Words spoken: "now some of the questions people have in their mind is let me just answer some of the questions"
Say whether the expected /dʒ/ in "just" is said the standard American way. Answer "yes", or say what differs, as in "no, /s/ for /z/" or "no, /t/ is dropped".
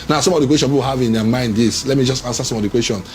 yes